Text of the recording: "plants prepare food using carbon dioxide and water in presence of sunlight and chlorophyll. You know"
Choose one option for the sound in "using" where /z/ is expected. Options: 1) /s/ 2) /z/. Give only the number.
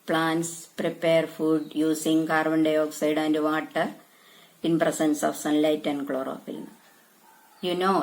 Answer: 1